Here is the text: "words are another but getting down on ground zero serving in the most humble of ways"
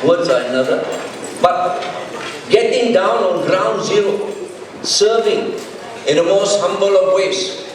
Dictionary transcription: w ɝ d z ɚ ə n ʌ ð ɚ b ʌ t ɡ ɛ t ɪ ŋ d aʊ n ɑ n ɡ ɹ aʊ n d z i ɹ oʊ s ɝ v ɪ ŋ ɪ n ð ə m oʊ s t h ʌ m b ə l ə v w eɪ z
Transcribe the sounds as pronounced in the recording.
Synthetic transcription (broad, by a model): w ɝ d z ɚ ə n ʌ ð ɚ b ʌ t ɡ ɛ t ɪ ŋ d aʊ n ɑ n ɡ ɹ aʊ n d z i ɹ oʊ s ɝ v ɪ ŋ ɪ n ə m oʊ s t h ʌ m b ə l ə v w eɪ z